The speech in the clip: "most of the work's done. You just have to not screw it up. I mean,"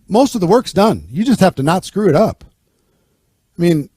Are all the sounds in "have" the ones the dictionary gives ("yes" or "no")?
no